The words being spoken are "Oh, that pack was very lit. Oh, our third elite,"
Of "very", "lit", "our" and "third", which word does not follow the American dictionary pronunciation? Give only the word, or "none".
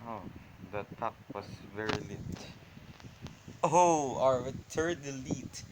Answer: third